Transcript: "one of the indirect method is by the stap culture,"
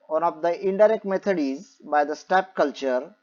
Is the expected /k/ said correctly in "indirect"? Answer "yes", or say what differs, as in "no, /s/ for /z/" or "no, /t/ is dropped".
yes